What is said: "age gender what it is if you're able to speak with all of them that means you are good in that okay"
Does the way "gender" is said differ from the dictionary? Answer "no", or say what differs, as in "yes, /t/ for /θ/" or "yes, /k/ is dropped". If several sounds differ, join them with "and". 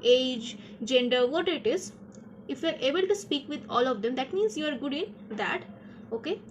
no